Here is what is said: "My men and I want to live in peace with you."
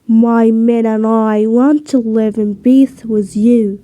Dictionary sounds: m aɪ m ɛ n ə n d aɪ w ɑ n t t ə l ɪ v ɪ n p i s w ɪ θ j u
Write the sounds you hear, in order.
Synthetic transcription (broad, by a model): m aɪ m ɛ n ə n aɪ w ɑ n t t ə l ɪ v ɪ n b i θ w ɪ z j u